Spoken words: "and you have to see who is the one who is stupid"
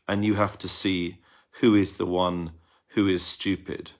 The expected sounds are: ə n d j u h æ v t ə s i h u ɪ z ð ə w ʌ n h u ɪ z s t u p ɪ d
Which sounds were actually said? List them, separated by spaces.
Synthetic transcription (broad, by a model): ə n j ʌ h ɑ f t ə s i h u ɪ z ð ə w ʌ n h u ɪ z s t u p ɪ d